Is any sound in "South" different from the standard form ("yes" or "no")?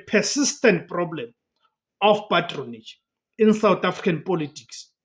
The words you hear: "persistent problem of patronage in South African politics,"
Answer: yes